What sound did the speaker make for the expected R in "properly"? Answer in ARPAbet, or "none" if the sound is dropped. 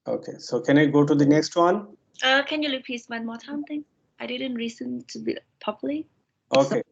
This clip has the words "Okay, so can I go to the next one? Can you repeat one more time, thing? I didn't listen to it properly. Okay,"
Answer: none